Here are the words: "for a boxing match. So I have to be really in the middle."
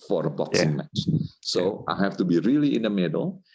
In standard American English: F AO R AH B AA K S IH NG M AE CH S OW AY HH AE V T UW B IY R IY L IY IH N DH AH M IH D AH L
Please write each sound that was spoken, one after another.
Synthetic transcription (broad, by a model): F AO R AH B AA K S IH NG M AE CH S OW AY HH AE F T UW B IY R IY L IY IH N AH M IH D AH L